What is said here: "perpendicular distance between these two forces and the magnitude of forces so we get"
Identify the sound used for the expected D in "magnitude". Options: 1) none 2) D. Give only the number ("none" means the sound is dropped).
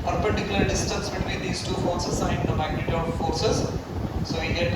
1